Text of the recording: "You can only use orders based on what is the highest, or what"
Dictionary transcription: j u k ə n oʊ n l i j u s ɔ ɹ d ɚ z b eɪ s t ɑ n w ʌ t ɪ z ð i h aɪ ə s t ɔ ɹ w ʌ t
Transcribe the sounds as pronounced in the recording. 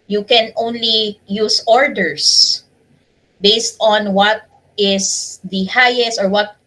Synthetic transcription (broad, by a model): j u k ə n oʊ n l i j u s ɔ ɹ d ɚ s b eɪ s t ɑ n w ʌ t ɪ s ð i h aɪ ə s t ɔ ɹ w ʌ t